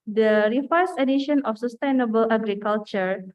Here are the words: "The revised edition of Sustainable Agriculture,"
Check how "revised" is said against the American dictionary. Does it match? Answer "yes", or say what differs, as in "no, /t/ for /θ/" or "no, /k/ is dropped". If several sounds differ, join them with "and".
no, /f/ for /v/